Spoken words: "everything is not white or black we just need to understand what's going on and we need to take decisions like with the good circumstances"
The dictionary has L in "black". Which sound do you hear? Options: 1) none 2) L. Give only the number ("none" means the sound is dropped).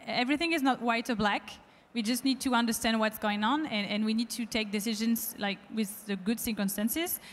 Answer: 2